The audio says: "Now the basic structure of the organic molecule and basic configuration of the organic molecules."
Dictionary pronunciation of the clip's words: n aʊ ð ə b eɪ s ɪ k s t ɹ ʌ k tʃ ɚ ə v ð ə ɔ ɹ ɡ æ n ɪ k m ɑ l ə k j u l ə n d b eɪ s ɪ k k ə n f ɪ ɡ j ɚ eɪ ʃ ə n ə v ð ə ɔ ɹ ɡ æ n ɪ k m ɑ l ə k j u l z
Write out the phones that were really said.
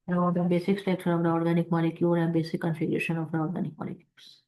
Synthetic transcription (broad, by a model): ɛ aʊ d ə b eɪ s ɪ k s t ɛ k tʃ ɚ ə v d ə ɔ ɹ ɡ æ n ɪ k m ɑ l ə k j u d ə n b eɪ s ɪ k k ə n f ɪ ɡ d eɪ ʃ ə n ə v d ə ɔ ɹ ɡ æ n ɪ k m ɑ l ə k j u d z